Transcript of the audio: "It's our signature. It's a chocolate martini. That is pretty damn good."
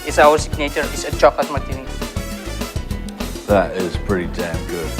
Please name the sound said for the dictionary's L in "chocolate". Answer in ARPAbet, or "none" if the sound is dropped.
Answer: none